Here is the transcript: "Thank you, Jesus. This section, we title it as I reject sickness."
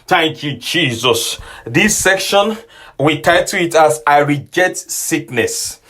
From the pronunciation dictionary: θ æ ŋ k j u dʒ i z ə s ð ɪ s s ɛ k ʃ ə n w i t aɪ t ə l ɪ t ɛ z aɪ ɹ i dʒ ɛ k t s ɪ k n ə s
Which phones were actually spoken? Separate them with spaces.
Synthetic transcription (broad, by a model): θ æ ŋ k j u dʒ i z ə s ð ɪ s s ɛ k ʃ ə n w i t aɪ t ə ɪ t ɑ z aɪ ɹ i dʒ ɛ t s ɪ k n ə s